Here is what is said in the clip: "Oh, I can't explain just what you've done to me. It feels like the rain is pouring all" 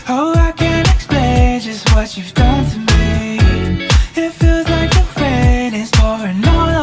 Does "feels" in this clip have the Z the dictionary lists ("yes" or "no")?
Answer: yes